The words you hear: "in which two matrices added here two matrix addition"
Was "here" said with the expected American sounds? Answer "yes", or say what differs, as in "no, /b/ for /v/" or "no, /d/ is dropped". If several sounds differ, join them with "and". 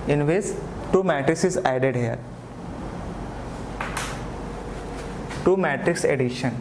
no, /l/ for /ɹ/